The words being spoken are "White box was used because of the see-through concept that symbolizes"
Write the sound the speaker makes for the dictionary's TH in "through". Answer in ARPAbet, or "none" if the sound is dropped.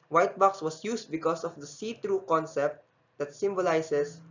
T